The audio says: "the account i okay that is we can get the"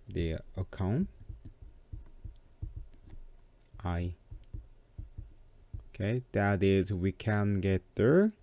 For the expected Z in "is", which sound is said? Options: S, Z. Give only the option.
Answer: Z